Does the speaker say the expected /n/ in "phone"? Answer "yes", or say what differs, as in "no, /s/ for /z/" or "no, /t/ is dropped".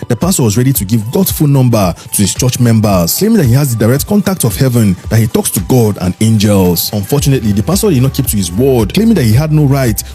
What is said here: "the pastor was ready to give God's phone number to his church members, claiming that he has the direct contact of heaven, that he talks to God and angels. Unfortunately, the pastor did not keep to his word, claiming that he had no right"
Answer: no, /l/ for /n/